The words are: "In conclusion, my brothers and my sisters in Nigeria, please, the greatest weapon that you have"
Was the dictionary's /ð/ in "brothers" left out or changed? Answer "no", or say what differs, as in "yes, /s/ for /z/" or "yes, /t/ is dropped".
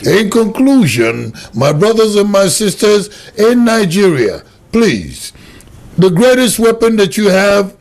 no